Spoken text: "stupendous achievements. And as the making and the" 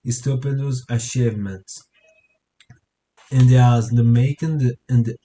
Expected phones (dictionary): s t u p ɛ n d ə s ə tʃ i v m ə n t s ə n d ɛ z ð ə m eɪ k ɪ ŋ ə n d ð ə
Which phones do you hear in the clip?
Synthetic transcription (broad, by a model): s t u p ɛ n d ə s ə ʃ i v m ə n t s ə n d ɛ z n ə m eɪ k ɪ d ə n d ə